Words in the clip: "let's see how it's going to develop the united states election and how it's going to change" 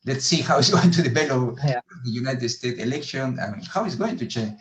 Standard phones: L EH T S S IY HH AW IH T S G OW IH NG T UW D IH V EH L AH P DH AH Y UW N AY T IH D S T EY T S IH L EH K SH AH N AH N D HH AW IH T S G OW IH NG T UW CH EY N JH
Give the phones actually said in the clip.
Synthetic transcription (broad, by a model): L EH T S S IY HH AW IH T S G OW IH NG T UW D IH B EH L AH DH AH Y UW N AY T IH D S T EY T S IH L EH K SH AH N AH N HH AW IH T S G OW IH NG T UW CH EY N